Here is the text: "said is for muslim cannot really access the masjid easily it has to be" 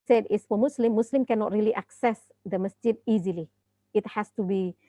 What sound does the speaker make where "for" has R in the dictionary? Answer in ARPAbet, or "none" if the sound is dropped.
L